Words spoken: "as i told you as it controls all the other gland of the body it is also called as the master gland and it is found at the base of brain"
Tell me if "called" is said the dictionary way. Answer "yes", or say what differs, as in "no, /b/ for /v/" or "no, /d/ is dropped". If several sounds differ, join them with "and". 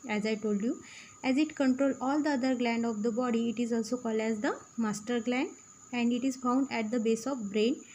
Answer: yes